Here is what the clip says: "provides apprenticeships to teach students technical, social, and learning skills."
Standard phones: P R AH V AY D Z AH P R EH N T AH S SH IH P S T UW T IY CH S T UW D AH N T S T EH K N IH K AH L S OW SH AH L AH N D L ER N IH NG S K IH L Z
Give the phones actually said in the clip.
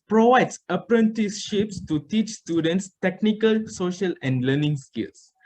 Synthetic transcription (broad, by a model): P R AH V AY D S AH P R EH N T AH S SH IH P S T UW T IY CH S T UW D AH N T S T EH K N IH K AH L S OW SH AH L AH N D L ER N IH NG S K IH L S